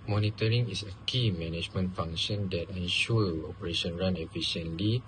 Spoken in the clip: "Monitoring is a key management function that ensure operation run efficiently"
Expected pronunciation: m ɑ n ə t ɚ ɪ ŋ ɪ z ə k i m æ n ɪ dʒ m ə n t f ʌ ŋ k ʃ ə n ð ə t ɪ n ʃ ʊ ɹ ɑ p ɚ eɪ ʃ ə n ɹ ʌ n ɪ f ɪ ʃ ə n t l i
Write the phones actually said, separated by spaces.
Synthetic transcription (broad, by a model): m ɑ n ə t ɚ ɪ ŋ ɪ s ə k i m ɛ n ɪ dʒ m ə n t f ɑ ŋ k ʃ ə n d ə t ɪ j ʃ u ɑ p ɚ eɪ ʃ ə n ɹ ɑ n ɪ f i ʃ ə n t l i